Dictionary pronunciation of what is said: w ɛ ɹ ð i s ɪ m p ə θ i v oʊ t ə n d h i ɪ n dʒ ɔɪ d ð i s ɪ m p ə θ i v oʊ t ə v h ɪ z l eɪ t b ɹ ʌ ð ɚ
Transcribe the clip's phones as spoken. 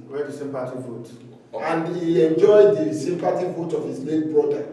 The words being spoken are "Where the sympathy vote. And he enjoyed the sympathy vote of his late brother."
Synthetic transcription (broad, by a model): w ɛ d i s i m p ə t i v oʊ t ə n d h i ɪ n dʒ ɔɪ d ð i s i m p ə t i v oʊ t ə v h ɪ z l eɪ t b ɹ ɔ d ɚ